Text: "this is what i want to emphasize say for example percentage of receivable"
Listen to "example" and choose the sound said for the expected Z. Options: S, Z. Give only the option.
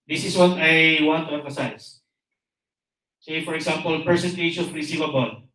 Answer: S